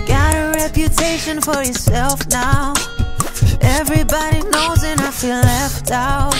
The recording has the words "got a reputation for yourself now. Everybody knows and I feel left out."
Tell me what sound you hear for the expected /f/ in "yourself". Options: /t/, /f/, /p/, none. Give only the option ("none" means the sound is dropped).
/f/